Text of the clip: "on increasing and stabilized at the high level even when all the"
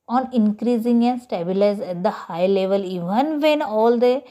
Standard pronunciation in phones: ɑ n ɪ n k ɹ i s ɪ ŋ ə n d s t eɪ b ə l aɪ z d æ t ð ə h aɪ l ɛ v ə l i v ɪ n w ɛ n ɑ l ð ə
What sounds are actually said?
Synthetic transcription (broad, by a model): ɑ n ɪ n k ɹ i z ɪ ŋ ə n s t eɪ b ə l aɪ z æ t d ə h aɪ l ɛ v ə l i v ɪ n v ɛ n ɑ l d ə